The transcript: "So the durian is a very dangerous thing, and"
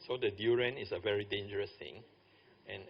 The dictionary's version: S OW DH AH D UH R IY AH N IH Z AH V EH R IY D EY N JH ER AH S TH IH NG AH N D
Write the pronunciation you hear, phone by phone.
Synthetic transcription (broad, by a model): S OW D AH D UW R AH N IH S AH V EH R IY D EY N JH ER AH S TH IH NG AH N